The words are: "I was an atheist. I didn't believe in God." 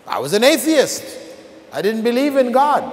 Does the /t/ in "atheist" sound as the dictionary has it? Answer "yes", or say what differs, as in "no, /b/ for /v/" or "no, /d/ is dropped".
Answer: yes